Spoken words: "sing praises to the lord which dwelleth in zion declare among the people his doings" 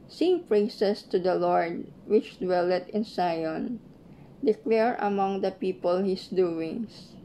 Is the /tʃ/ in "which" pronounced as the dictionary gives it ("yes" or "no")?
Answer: yes